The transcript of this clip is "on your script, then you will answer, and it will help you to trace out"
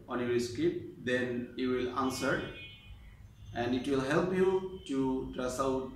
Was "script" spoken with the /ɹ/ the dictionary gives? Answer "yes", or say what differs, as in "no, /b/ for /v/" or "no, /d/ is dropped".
no, /ɹ/ is dropped